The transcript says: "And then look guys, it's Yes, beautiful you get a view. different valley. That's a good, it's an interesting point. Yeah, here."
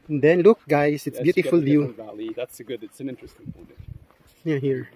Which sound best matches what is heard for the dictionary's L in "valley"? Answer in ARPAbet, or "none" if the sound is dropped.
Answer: L